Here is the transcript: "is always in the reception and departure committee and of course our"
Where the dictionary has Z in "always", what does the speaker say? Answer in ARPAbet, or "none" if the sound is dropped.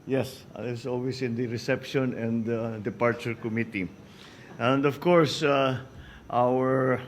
S